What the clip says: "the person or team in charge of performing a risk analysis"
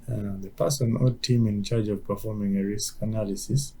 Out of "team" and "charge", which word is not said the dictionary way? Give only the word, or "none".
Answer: none